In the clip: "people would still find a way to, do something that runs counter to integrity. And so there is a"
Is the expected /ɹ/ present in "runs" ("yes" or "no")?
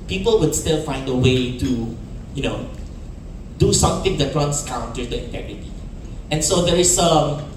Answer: no